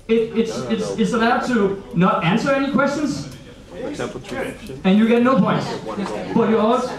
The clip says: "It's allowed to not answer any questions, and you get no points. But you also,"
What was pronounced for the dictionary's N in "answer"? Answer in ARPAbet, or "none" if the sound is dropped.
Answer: N